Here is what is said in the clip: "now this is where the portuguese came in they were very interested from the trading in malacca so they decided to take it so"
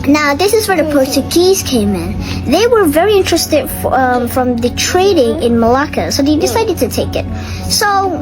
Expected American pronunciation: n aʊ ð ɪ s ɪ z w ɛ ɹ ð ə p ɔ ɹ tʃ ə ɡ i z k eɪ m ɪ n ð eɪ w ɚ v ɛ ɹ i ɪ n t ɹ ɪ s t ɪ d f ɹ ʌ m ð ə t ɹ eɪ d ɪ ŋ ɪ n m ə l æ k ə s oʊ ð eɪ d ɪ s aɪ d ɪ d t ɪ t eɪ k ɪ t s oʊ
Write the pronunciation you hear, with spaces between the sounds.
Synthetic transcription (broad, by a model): n aʊ ð ɪ s ɪ z w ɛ ɹ ð ə p ɔ ɹ tʃ ə ɡ i z k eɪ m ɪ n ð eɪ w ɚ v ɛ ɹ i ɪ n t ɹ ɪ s t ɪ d f ɹ ʌ m ð ə t ɹ eɪ d ɪ ŋ ɪ n m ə l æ k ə s oʊ ð eɪ d ɪ s aɪ d ɪ d t ɪ t eɪ k ɪ t s oʊ